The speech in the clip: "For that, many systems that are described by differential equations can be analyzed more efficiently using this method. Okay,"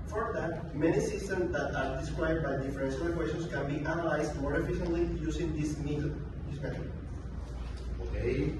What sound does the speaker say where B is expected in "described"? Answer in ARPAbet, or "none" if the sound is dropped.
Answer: none